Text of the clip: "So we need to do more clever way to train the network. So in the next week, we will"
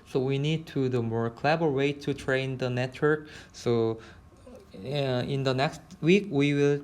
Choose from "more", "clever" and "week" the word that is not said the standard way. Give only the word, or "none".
clever